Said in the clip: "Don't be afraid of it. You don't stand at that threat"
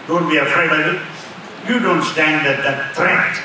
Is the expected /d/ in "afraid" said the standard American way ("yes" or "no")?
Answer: no